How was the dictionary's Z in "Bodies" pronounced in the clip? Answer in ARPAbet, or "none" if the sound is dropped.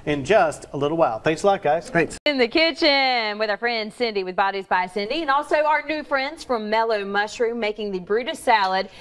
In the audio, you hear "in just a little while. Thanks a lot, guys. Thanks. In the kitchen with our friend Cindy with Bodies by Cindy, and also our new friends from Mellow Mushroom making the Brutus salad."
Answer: Z